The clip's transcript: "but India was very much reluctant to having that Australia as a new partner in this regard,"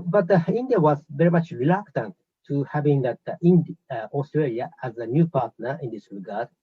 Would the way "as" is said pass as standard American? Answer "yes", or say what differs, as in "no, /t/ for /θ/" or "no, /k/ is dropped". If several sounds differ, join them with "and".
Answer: yes